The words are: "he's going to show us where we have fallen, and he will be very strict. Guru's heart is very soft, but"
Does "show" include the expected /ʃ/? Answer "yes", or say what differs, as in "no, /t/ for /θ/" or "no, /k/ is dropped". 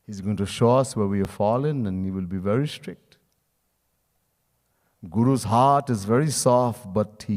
yes